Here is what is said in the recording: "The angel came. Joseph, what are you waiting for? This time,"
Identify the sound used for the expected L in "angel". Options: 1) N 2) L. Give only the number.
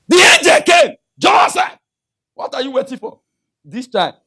2